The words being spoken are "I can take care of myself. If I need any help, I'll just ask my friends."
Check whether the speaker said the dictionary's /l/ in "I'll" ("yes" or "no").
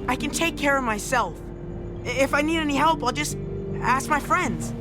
yes